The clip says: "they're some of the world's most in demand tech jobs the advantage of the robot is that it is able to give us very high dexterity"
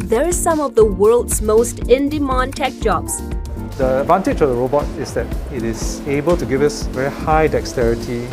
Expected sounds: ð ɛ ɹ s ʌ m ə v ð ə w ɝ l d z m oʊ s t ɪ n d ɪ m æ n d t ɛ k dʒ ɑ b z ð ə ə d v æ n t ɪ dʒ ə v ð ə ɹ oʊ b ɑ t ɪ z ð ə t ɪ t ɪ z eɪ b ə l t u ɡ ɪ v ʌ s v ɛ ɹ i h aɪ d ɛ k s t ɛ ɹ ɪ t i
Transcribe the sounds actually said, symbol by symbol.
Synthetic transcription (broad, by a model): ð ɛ ɹ s ʌ m ə v ð ə w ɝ l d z m oʊ s t ɪ n d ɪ m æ n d t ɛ k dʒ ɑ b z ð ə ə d v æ n t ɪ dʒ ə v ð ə ɹ oʊ b ɑ t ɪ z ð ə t ɪ t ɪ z eɪ b ə l t u ɡ ɪ v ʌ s v ɛ ɹ i h aɪ d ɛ k s t ɛ ɹ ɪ t i